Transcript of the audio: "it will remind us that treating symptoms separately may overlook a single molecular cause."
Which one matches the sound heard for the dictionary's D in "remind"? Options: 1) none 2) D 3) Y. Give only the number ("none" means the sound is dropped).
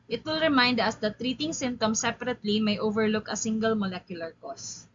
2